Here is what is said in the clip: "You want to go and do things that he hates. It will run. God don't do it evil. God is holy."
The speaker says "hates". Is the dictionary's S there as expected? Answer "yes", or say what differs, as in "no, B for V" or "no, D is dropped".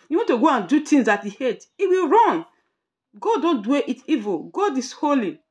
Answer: no, S is dropped